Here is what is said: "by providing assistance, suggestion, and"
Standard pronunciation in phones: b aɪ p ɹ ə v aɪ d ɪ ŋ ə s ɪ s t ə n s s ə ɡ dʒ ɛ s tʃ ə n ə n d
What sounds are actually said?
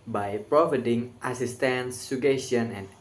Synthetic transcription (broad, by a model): b aɪ p ɹ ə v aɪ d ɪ ŋ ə s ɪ s t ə n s s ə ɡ ɛ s ə n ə n